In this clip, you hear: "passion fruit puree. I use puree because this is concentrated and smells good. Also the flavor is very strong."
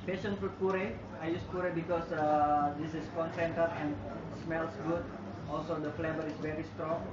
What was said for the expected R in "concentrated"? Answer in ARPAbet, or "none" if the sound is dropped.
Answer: none